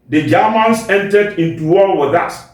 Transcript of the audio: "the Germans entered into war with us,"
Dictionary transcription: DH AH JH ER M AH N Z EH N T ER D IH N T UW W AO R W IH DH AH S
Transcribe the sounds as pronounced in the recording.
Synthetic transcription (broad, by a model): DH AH JH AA M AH N S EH N T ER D IH N T UW W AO L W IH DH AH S